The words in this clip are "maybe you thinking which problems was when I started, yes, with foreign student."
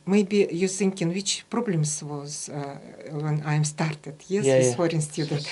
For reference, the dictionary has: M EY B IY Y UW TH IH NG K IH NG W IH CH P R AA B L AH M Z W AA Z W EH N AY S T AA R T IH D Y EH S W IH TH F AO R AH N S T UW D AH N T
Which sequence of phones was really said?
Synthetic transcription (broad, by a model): M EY B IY Y UW S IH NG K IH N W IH CH P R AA B L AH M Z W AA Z W EH N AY S T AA R T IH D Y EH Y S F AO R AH N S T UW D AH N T